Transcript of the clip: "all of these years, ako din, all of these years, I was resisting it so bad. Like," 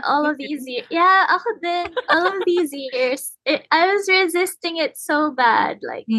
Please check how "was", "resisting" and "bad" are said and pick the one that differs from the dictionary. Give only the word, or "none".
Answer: none